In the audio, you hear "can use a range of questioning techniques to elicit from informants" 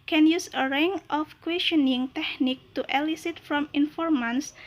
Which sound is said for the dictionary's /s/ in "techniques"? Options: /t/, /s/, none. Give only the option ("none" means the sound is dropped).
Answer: none